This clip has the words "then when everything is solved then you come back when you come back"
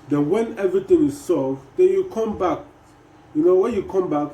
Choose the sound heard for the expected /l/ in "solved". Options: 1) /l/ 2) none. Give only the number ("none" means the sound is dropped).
2